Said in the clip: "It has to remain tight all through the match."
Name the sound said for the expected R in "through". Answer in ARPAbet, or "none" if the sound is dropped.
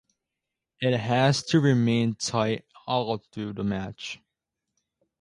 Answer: none